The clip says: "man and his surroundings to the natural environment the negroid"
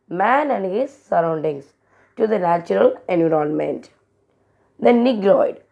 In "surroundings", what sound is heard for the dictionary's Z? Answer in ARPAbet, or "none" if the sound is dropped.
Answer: S